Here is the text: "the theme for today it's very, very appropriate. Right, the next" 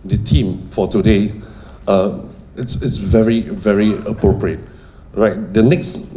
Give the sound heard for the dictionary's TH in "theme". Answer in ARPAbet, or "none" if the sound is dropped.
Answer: T